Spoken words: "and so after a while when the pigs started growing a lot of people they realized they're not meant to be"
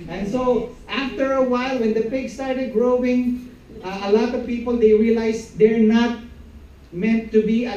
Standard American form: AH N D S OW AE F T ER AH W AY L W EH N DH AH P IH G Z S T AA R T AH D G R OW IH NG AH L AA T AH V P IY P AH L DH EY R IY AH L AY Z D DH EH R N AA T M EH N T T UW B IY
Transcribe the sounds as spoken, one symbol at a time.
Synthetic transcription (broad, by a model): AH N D S OW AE F T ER AH W AY L W EH N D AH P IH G S T AA R T AH D G R OW IH NG AH L AA T AH V P IY P AH L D EY R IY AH L AY S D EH R N AA T M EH N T T UW B IY